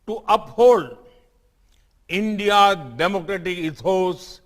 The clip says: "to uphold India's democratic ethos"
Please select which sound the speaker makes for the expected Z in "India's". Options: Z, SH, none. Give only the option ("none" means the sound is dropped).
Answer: none